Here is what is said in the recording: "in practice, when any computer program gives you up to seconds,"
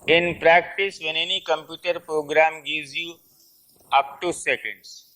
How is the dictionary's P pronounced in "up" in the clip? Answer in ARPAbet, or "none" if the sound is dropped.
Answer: P